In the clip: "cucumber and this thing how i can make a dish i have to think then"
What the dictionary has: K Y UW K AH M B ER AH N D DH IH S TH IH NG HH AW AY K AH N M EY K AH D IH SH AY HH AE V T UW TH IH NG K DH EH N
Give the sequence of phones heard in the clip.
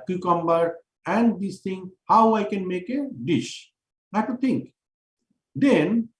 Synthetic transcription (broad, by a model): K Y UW K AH M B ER AH N D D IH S T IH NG HH AW AY K AH N M EY K AH D IH SH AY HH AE T UW T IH NG K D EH N